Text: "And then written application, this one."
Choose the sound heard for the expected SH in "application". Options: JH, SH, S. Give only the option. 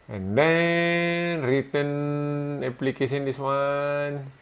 S